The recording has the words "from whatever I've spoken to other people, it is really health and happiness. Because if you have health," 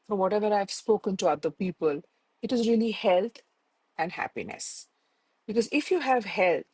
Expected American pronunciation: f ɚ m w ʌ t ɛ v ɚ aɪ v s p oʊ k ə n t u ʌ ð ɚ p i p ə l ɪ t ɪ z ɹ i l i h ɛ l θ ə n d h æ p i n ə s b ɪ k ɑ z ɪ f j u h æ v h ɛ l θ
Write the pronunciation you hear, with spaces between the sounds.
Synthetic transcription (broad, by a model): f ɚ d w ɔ t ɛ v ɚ aɪ v s p oʊ k ə n t u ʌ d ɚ p i p ə l ɪ t ɪ z ɹ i l i h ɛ l t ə n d h æ p i n ə s b ɪ k ɑ z ɪ f j u h æ v h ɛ l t